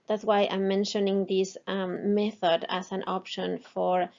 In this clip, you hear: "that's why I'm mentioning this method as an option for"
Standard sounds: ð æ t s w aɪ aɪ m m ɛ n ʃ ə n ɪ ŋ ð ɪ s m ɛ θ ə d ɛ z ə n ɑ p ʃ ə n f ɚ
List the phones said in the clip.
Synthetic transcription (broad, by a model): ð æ t s w aɪ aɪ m m ɛ n ʃ ə n ɪ ŋ ð ɪ s m ɛ θ ə d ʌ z ə n ɑ p ʃ ə n f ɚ